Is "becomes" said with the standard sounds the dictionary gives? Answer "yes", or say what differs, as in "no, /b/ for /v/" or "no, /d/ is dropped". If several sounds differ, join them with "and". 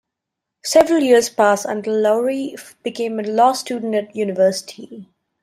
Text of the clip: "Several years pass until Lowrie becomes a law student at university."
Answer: no, /z/ is dropped